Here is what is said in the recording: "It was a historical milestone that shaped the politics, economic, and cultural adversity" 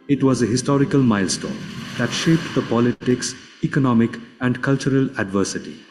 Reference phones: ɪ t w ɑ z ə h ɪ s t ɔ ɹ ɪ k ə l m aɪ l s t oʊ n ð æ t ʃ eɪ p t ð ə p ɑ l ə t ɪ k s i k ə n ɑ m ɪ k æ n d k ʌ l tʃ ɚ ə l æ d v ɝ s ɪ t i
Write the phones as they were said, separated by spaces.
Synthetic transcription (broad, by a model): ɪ t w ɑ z ə h ɪ s t ɔ ɹ ɪ k ə l m aɪ l s t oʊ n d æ t ʃ eɪ p t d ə p ɑ l ə t ɪ k s i k ə n ɑ m ɪ k æ n d k ʌ l tʃ ɚ ə l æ d v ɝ s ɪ t i